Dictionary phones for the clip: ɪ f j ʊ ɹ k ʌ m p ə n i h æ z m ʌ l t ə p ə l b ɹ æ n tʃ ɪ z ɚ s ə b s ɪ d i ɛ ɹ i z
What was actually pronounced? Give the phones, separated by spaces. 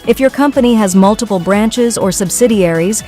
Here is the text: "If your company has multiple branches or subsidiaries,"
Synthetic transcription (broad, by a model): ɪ f j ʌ ɹ k ʌ m p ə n i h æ z m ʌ l t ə p l b ɹ æ n tʃ ɪ z ɚ s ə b s ɪ d i ɛ ɹ i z